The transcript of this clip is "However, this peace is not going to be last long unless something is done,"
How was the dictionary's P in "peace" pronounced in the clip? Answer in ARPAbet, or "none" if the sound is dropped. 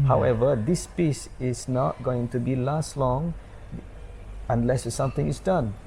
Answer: P